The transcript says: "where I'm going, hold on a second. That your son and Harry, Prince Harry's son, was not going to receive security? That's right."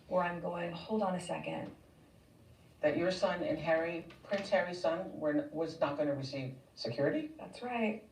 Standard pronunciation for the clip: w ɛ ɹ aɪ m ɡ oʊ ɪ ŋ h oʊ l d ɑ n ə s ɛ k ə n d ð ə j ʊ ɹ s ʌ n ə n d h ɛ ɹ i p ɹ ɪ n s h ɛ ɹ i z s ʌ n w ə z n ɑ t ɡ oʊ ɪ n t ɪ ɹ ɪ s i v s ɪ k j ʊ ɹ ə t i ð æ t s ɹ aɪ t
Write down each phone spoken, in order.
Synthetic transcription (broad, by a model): w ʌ ɹ aɪ m ɡ oʊ ɪ ŋ h oʊ l d n ə s ɛ k ə n d ð ə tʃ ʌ ɹ s ʌ n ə n h ɛ ɹ i p ɹ ɪ n s h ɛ ɹ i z s ʌ n w ə z n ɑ t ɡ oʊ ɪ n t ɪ ɹ ɪ s i v s ɪ k j ʊ ɹ ə t i ð æ t s ɹ aɪ t